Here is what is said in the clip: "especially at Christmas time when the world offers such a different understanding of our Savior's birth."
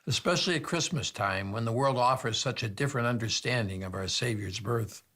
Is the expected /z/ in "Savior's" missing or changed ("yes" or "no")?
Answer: no